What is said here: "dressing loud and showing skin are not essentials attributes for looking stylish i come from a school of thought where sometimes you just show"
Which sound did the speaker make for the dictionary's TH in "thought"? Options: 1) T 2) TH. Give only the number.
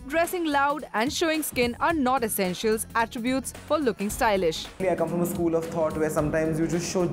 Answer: 1